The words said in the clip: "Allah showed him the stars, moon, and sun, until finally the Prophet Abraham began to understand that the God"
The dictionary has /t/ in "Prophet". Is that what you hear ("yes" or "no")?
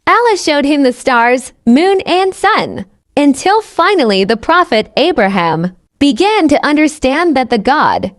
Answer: yes